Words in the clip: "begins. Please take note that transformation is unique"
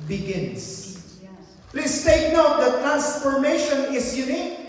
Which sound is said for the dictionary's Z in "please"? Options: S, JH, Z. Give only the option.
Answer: S